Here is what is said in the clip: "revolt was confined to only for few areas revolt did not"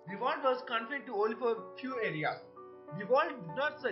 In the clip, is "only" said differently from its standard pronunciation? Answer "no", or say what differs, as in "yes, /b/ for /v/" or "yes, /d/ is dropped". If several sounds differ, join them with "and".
yes, /n/ is dropped